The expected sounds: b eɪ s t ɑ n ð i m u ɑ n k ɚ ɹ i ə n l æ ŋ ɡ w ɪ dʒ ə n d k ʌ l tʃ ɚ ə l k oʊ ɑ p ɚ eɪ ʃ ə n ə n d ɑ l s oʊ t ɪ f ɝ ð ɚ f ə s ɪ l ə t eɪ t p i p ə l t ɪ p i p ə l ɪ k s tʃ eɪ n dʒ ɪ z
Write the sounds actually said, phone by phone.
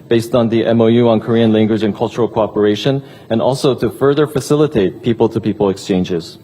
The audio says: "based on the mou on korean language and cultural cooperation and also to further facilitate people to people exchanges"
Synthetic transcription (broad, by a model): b eɪ s t n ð i m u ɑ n k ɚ ɹ i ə n l æ ŋ ɡ w ɪ dʒ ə n k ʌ l tʃ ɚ l k oʊ ɑ p ɚ eɪ ʃ ə n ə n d ɑ l s oʊ t ɪ f ɝ ð ɚ f ə s ɪ l ə t eɪ t p i p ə l t ɪ p i p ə l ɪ k s tʃ eɪ n dʒ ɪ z